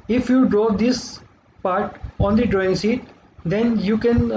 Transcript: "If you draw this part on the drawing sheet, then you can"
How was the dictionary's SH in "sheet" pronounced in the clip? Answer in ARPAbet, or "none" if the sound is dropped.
S